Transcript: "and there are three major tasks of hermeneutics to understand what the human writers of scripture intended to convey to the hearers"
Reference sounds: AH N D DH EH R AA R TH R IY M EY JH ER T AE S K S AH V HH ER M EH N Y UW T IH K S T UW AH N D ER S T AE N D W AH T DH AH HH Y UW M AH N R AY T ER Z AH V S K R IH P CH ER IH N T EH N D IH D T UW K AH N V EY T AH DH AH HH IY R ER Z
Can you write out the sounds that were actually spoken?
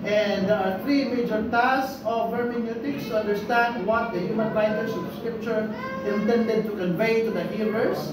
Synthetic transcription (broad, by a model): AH N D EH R AA R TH R IY M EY JH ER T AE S S AH V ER M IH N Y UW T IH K S T UW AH N D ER S T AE N D W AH T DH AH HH Y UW M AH N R AY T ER S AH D S K R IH P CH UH IH N T EH N D IH D T UW K AH N V EY T AH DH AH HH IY R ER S